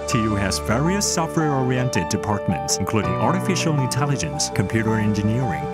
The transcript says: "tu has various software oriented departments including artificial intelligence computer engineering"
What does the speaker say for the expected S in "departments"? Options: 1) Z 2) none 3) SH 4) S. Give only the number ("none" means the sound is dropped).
4